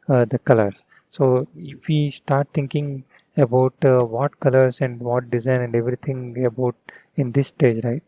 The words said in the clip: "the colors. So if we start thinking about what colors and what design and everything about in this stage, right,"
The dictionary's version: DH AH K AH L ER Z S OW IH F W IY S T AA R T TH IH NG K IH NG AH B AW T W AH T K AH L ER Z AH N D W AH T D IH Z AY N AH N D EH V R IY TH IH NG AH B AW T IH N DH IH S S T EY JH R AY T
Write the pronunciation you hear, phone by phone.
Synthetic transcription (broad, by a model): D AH K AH L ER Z S OW IH F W IY S T AA R T T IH NG K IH NG AH B AW T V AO T K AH L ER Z AH N D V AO T D IH Z AY N AH N D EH V R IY T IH NG AH B AW T IH N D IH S S T EY JH R AY T